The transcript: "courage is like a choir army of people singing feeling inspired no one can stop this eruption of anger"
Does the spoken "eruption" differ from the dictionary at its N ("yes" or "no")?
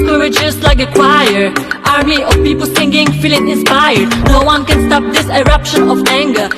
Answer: no